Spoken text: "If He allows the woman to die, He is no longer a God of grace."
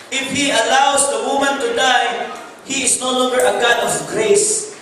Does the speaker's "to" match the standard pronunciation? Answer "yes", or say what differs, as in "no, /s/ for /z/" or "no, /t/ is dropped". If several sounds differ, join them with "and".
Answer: yes